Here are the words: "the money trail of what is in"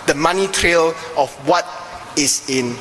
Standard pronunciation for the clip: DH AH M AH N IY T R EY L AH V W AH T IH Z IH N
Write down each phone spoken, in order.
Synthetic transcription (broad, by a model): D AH M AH N IY T R EY L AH F W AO T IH S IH N